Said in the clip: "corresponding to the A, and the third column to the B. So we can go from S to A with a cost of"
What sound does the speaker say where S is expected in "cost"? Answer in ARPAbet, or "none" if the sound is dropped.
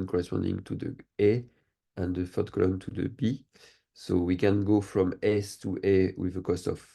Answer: S